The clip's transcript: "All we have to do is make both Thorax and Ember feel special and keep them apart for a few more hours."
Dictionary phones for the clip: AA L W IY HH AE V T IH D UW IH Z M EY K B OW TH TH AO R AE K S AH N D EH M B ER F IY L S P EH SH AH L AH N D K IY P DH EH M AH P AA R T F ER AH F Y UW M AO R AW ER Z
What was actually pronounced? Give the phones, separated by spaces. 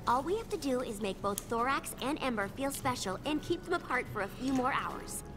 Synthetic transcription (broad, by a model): AA L W IY HH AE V T IH D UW IH Z M EY K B OW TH TH AO R AE K S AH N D EH M B ER F IY L S P EH SH L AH N K IY P DH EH M AH P AA R T F ER AH F Y UW M AO R AW ER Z